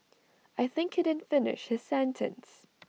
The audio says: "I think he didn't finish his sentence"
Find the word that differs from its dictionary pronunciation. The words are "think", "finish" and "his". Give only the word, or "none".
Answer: none